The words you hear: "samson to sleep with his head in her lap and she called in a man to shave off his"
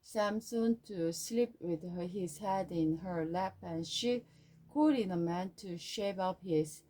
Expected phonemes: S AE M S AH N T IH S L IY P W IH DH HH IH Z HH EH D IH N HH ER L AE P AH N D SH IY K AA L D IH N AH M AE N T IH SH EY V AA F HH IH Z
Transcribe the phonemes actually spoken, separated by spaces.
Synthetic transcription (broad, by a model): S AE M S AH N T IH S L IY P W IH DH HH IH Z HH EH D IH N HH ER L AE P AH N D SH IY K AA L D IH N AH M AE N T IH SH EY V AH P HH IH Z